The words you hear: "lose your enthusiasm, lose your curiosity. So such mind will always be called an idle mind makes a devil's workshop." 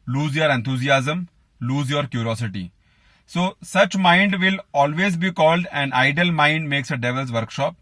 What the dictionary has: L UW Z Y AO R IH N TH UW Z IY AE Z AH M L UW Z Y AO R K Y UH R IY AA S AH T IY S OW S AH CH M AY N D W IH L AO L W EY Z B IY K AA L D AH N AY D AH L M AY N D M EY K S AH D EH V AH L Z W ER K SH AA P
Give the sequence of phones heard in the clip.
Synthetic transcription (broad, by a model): L UW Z Y AO R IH N T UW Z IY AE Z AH M L UW Z Y AO R K Y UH R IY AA S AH T IY S OW S AH CH M AY N D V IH L AO L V EY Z B IY K AA L D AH N AY D AH L M AY N D M EY K S AH D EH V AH L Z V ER K SH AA P